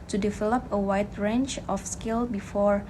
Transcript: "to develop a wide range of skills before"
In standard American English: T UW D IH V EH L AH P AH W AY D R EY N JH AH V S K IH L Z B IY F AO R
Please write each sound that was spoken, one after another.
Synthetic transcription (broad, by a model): T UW D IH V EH L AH P AH W AY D R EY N CH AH F S K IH L B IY F AO R